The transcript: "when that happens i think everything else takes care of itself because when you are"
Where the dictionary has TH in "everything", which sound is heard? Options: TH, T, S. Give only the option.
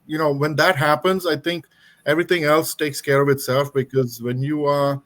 T